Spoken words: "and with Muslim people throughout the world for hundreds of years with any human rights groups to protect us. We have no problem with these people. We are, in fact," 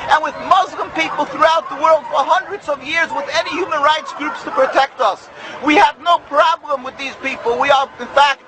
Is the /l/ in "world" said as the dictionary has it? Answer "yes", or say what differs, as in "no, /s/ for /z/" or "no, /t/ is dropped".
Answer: yes